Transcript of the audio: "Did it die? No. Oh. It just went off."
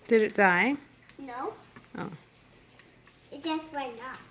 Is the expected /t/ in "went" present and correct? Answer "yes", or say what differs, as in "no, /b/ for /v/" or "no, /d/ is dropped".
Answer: no, /t/ is dropped